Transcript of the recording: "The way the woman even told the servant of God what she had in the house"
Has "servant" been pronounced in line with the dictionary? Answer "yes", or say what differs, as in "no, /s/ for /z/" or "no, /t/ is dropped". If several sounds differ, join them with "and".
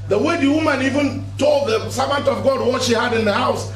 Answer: yes